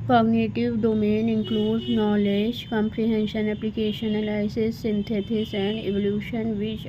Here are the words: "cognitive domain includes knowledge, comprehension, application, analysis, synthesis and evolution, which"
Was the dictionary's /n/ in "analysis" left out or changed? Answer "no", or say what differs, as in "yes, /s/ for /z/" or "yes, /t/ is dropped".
yes, /l/ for /n/